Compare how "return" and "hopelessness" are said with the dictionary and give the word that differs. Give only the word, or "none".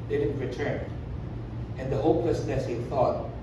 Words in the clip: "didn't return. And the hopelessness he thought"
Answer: hopelessness